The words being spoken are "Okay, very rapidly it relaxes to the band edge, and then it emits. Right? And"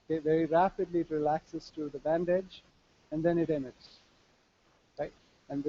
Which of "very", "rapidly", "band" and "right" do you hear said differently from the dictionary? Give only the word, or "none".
none